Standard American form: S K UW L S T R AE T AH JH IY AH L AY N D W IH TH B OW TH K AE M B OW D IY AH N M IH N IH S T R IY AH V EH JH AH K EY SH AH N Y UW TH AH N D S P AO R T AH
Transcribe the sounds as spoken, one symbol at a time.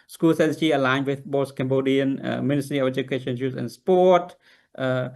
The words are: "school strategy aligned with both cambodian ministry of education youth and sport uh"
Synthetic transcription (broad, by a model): S K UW L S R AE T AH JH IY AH L AY N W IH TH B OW S K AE M B OW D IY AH N M IH N IH S T R IY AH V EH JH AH K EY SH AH N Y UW S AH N S P AO T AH